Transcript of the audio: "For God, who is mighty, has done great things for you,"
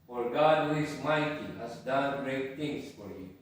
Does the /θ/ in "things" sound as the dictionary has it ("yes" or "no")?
no